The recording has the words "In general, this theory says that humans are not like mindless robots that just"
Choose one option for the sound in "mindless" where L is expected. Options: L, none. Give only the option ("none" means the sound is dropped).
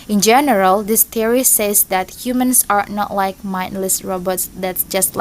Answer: L